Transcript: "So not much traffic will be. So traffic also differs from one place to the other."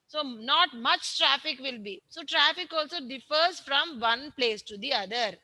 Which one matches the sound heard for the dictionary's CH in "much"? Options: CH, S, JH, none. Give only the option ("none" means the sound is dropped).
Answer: CH